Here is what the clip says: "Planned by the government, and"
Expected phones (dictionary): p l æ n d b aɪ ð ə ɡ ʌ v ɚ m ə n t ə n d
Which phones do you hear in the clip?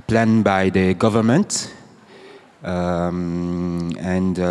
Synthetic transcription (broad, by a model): p l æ n b aɪ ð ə ɡ ʌ v ɚ m ə n t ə n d